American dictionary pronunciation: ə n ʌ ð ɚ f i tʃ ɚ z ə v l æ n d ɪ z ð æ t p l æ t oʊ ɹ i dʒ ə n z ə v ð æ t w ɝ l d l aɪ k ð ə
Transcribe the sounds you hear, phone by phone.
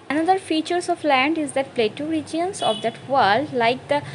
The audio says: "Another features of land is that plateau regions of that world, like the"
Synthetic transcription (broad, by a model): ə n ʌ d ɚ f i tʃ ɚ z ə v l æ n d ɪ z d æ t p l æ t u ɹ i dʒ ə n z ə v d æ t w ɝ l d l aɪ k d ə